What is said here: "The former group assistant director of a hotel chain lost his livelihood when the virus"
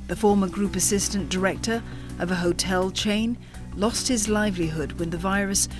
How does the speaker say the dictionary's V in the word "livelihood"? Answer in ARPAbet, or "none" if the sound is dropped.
V